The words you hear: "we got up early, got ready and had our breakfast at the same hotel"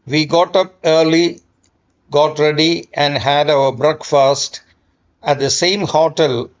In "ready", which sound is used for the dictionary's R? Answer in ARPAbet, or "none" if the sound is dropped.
R